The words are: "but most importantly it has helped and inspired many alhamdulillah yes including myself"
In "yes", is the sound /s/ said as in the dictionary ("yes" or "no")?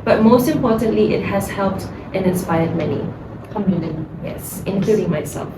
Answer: yes